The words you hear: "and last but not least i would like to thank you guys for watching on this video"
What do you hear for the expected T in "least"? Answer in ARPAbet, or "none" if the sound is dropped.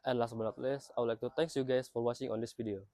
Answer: none